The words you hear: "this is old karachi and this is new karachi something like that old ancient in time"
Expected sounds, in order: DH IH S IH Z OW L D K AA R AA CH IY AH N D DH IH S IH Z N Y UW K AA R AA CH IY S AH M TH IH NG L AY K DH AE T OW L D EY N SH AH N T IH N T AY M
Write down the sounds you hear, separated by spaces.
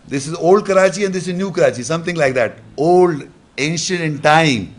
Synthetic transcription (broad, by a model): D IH S IH Z OW L D K AA R AA CH IY AH N D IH S IH Z N Y UW K AA R AA CH IY S AH M T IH NG L AY K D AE T OW L D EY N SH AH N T IH N T AY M